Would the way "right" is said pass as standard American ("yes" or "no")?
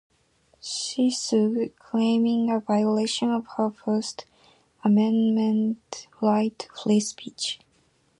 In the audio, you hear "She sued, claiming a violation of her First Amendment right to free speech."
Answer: no